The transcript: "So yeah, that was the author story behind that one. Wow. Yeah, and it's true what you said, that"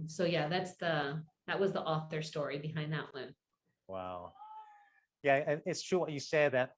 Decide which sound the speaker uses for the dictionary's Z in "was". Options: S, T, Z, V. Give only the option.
Z